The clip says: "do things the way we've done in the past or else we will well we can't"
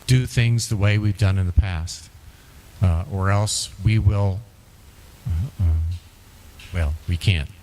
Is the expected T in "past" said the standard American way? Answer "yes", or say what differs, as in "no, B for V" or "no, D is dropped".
yes